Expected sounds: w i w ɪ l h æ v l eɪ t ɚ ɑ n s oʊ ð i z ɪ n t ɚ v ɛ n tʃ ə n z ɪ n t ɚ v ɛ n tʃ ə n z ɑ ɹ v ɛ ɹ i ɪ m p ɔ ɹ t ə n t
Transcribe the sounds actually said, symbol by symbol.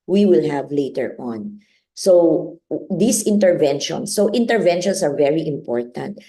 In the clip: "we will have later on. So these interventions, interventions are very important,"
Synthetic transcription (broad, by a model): w i w ɪ l h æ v l eɪ t ɚ ɑ n s oʊ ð i s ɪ n t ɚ v ɛ n ʃ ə n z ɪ n t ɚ v ɛ n ʃ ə n s ɑ ɹ v ɛ ɹ i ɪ m p ɔ ɹ t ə n t